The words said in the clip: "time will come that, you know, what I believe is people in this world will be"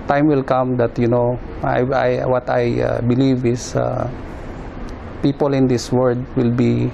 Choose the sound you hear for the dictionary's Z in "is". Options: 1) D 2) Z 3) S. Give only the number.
3